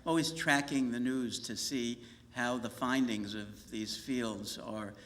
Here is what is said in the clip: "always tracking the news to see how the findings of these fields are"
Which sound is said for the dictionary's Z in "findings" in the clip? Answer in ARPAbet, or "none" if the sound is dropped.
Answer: Z